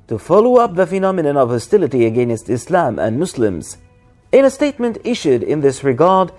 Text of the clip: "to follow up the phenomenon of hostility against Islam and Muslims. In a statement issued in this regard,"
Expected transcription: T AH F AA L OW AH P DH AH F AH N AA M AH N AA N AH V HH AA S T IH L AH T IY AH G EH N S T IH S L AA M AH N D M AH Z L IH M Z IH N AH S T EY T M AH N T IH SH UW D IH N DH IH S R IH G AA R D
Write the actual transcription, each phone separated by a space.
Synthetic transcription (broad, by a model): T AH F AA L OW AH P DH AH F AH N AA M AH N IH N AH V HH AA S T IH L AH T IY AH G EH N S T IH S L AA M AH N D M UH S L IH M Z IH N AH S T EY T M AH N T IH SH UW D IH N DH IH S R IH G AA R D